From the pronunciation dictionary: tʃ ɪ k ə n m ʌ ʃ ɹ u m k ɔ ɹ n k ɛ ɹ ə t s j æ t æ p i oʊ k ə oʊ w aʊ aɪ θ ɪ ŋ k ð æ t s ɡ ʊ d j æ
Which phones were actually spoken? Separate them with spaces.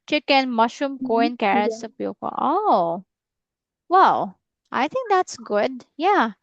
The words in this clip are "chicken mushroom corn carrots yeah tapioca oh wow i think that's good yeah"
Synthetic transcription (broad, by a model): tʃ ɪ k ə n m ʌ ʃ u m k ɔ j n k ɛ ɹ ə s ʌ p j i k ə oʊ w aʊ aɪ θ ɪ ŋ k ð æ t s ɡ ʊ d j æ